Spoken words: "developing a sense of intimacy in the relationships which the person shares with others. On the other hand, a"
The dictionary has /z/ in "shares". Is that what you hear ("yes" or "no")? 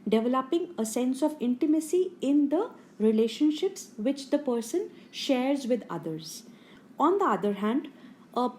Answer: yes